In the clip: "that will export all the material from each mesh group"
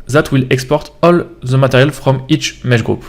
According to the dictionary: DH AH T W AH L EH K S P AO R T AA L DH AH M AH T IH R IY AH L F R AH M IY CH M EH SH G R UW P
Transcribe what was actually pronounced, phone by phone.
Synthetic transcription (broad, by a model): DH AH T W AH L EH K S P AO R T AA L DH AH M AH T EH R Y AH L F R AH M IY CH M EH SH G R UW P